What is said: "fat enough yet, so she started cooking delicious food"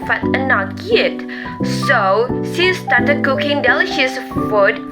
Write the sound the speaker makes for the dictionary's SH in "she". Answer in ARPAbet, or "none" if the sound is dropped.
S